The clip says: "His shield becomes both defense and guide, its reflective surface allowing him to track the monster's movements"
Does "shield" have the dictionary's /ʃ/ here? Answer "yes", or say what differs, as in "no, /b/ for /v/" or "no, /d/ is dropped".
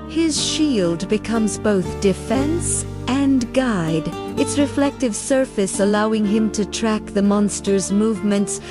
yes